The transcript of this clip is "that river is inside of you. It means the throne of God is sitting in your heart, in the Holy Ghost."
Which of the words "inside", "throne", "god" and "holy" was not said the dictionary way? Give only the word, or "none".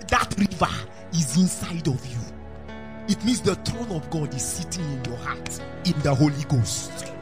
throne